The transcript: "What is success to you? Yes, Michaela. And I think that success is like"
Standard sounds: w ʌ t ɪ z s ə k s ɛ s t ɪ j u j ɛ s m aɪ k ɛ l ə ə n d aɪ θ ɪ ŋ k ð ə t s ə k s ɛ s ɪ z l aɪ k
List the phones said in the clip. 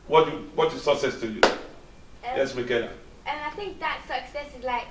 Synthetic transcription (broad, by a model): w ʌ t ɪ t s ə k s ɛ s t ɪ j u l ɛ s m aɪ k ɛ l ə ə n aɪ θ ɪ ŋ k ð ə t s ə k s ɛ s ɪ z l aɪ k